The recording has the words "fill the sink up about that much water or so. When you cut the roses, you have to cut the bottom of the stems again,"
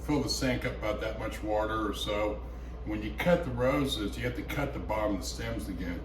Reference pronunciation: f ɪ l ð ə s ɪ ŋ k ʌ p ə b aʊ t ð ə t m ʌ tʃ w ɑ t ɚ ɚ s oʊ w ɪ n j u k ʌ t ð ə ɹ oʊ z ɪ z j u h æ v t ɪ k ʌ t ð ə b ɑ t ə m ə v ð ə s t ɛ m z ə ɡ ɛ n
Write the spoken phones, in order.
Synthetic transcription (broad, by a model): f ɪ l ð ə s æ ŋ k ʌ p ə b aʊ t ð ə t m ʌ tʃ w ɑ t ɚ ɚ s oʊ w ɪ n j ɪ k ʌ t ð ə ɹ oʊ z ɪ z j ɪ h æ f t ɪ k ʌ t ð ə b ɑ m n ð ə s t ɛ m z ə ɡ ɛ n